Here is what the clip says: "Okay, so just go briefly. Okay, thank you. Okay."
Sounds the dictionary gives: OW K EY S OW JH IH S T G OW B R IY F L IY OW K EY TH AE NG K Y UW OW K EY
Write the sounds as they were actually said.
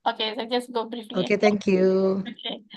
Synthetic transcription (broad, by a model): OW K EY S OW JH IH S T G OW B R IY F IY OW K EY T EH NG K Y UW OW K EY